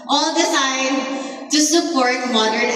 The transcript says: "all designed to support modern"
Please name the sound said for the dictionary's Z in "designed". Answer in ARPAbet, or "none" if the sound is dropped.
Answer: S